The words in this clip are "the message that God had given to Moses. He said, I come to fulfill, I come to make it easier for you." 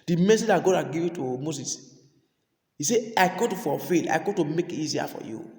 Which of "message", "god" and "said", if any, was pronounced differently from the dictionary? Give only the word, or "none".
said